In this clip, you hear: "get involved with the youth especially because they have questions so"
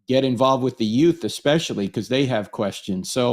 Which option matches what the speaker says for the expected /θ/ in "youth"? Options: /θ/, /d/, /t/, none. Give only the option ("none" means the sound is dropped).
/θ/